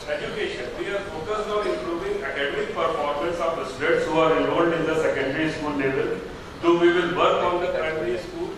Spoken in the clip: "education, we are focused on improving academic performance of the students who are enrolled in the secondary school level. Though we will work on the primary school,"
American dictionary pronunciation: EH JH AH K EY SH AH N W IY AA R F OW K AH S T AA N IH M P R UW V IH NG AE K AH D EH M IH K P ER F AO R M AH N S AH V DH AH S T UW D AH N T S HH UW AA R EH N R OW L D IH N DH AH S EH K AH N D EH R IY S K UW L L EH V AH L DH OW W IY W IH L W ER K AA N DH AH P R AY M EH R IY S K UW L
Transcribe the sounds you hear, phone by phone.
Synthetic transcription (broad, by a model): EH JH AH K EY SH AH N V IY AA R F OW K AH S AA N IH M P R UW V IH NG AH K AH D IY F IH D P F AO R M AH L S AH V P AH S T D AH T S HH UW AA R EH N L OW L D IH N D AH S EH K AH N D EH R IY S K UW L N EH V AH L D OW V IY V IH L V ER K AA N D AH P R AY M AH R IY S K UW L